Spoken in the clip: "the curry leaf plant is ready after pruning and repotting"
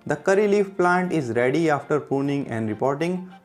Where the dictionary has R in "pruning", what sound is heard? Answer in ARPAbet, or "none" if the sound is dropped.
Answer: none